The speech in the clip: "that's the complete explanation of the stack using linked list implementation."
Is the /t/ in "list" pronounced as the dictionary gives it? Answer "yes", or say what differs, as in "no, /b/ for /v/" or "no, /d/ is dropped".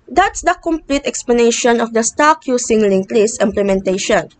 no, /t/ is dropped